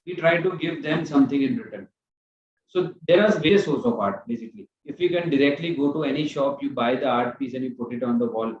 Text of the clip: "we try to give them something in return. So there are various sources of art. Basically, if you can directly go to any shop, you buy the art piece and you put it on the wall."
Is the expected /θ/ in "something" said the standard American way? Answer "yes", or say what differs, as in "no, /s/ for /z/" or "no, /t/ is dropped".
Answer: no, /t/ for /θ/